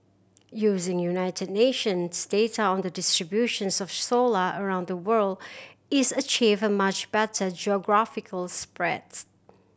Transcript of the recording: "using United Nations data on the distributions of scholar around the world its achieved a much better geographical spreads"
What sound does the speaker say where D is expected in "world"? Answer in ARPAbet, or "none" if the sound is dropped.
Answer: D